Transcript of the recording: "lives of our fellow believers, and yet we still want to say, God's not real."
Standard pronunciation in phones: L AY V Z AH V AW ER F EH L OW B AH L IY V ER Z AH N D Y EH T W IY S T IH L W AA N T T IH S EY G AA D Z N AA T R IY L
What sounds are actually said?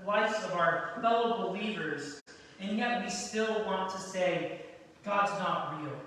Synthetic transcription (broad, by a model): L AY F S AH V AW ER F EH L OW B AH L IY V ER Z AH N Y EH T W IY S T IH L W AA N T T IH S EY G AA D Z N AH T R IY L